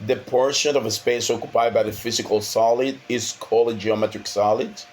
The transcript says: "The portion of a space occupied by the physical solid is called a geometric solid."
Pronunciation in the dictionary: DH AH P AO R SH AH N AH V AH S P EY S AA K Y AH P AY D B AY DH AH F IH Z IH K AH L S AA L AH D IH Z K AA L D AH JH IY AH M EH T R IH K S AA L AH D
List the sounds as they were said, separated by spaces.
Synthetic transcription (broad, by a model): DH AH P AO R SH AH N AH V AH S P EY S AA K Y AH P AY D B AY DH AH F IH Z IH K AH L S AA L AH D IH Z K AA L AH JH IY AH M EH T R IH K S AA L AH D